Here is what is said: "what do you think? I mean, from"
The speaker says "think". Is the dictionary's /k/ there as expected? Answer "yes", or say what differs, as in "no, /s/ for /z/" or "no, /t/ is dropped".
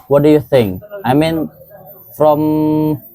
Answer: yes